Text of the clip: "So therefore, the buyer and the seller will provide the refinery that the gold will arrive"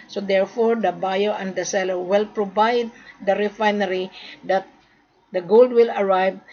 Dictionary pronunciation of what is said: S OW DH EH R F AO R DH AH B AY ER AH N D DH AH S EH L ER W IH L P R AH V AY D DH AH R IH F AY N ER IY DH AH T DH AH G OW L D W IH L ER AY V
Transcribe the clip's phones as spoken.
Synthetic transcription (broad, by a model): S OW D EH R F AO R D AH B AY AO AH N D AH S EH L ER W IH L P R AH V AY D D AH R IH F AY N ER IY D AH T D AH G OW L D W IH L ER AY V